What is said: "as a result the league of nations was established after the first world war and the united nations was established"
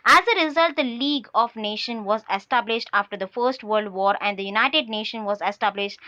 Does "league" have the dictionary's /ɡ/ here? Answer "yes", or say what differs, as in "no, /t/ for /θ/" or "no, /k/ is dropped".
yes